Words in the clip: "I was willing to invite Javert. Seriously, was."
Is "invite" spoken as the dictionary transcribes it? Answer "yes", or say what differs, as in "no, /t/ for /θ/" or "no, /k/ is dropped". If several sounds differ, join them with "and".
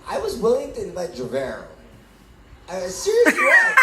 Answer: no, /b/ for /v/